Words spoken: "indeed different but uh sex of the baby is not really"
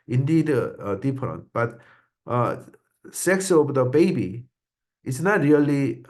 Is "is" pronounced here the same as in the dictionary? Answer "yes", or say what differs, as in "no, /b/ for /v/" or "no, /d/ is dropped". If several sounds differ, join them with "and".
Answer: no, /s/ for /z/